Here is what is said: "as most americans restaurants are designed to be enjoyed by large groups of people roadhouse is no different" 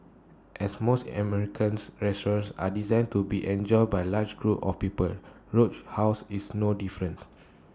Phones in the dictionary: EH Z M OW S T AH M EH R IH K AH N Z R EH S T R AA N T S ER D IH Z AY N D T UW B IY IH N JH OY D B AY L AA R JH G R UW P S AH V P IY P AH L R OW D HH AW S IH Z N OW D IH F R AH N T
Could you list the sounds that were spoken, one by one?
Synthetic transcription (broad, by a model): EH S M OW S T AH M EH R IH K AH N S R EH S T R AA N S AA D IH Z AY N T UW B IY IH N JH OY D B AY L AA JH G R UW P AH F P IY P AH L R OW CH HH AW S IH S N OW D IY F R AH N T